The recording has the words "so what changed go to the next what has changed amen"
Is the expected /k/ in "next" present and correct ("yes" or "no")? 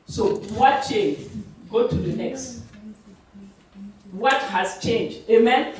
yes